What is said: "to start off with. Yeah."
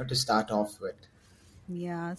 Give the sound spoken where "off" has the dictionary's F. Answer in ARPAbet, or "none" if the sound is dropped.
F